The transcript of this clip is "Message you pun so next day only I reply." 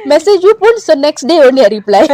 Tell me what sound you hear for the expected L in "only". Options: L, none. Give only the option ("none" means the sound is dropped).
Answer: none